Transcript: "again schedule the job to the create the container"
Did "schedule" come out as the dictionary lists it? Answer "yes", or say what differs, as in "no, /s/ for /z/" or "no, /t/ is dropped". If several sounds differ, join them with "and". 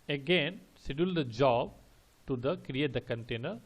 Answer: no, /k/ is dropped